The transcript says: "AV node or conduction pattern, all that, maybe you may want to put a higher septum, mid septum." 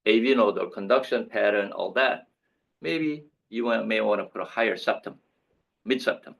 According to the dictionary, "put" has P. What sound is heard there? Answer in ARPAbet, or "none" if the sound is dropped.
P